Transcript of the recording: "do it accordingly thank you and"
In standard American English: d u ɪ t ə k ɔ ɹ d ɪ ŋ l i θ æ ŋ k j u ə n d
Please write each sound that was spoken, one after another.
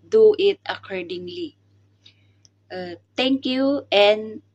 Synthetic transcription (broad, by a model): d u ɪ t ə k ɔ ɹ d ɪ ŋ l i t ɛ ŋ k j u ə n